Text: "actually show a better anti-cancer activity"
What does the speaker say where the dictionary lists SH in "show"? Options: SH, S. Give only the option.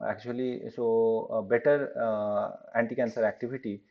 S